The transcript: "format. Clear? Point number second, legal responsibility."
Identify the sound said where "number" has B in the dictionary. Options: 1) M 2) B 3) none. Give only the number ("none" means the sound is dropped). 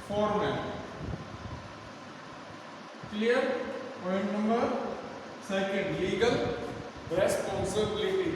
3